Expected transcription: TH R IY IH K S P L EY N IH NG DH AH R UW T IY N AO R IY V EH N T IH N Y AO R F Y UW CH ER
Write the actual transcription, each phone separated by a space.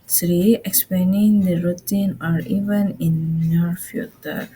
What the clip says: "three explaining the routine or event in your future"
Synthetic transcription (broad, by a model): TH R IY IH K S P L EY N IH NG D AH R UW T IY N AO R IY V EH N IH N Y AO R F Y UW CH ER